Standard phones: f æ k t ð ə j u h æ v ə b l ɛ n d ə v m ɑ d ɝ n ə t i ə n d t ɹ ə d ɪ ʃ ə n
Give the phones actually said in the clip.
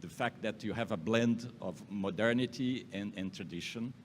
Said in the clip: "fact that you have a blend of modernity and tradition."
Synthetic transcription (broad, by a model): f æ k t ð ə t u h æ v ə b l ɛ n d ə v m ɑ d ɝ n ə t i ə n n t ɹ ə d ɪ ʃ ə n